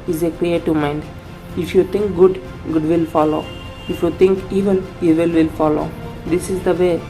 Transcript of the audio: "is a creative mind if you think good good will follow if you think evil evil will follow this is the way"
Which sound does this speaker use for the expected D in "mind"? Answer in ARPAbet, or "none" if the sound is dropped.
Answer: D